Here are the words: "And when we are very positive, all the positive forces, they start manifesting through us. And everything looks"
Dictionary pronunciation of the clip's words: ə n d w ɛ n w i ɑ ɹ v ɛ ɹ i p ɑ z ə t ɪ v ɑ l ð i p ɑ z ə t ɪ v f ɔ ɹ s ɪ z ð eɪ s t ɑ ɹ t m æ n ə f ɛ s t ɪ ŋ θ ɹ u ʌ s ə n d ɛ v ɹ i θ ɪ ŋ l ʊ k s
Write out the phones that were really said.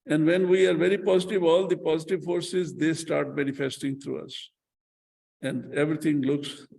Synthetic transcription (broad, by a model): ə n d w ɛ n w i ɑ ɹ v ɛ ɹ i p ɑ z ə t ɪ v ɑ l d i p ɑ z ə t ɪ v f ɔ ɹ s ɪ z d eɪ s t ɑ ɹ t m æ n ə f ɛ s t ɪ ŋ t ɹ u ʌ s ə n d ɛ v ɹ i t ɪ ŋ l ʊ k s